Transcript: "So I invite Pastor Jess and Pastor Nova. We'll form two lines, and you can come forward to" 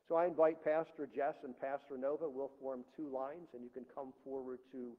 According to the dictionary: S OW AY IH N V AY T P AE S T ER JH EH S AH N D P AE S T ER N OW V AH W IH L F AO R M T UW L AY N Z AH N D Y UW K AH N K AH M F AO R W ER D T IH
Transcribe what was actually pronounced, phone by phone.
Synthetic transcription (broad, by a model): S OW AY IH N V AY T P AE S T ER JH EH S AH N P AE S T ER N OW V AH W IH L F AO R M T UW L AY N Z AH N Y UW K AH N K AH M F AO R W ER D T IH